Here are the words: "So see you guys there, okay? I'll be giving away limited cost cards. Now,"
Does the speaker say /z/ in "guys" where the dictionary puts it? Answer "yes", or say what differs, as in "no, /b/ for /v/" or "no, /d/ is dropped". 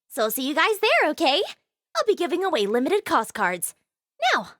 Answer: yes